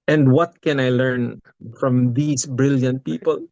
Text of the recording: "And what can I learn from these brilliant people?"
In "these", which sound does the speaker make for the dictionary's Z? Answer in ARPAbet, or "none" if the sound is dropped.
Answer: S